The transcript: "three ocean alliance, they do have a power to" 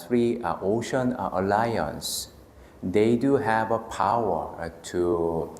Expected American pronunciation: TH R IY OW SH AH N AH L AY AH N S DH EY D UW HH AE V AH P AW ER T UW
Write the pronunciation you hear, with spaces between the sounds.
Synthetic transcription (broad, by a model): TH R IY OW SH AH N AH L AY AH N S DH EY D UW HH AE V AH P AW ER T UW